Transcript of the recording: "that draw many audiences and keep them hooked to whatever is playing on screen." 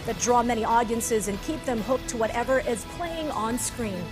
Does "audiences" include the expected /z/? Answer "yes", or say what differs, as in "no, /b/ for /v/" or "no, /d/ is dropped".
yes